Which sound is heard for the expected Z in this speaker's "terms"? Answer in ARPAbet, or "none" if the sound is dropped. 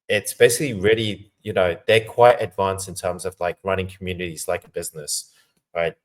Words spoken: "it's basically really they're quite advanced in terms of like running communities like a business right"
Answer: Z